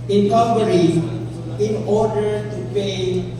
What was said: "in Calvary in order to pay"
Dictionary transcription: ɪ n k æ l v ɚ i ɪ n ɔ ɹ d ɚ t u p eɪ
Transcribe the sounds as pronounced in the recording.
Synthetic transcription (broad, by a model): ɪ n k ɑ v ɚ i ɪ n ɔ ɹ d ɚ t u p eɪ